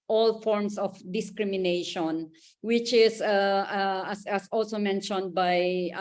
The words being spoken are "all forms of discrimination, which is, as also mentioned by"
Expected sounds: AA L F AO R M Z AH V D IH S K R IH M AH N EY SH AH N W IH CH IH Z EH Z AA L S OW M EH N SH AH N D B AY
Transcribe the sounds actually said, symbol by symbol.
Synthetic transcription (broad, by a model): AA L F AO R M S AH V D IH S K R IH M AH N EY SH AH N W IH CH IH S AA S AA L S OW M EH N SH AH N D B AY